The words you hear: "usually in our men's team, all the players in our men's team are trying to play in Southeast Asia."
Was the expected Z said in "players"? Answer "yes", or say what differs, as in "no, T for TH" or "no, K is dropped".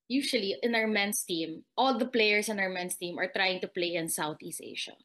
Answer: no, S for Z